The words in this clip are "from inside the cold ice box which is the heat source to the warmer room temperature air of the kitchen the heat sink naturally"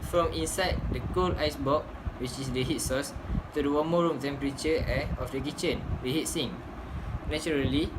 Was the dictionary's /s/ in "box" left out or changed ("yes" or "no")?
yes